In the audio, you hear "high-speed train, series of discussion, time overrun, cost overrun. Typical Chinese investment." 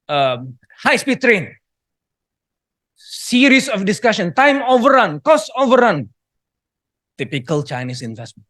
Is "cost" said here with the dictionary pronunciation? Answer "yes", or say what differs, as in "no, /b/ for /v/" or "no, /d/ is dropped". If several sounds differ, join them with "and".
no, /t/ is dropped